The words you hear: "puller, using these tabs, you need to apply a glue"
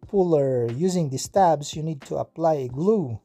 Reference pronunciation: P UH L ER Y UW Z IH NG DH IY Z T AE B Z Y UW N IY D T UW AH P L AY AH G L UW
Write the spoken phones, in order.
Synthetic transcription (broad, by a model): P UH L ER Y UW Z IH NG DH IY S T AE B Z Y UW N IY D T UW AH P L AY AH G L UW